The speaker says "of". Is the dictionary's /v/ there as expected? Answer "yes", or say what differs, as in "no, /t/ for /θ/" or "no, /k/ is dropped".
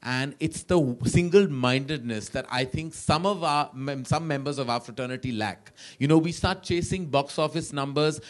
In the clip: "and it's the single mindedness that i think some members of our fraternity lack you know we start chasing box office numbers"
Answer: yes